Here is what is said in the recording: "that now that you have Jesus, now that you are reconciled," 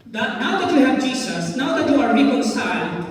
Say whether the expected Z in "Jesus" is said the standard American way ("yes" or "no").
no